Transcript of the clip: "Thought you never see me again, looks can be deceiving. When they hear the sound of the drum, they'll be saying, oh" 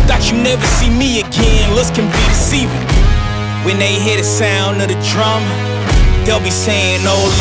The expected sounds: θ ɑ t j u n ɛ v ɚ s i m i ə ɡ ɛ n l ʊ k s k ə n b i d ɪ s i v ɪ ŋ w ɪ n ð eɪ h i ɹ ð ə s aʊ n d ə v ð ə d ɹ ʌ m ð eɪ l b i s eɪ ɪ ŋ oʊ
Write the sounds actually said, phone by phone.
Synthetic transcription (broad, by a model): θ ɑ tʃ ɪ n ɛ v ɚ s i m i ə ɡ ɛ n l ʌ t s k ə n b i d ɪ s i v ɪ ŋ w ɪ n ð eɪ h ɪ ɹ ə s aʊ n d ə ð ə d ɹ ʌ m ð eɪ l b i s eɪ ɪ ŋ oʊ